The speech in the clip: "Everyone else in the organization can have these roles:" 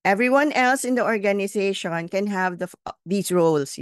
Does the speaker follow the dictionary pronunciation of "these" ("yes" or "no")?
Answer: no